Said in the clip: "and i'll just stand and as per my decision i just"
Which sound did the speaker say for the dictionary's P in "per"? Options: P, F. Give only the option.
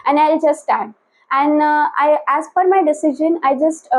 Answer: F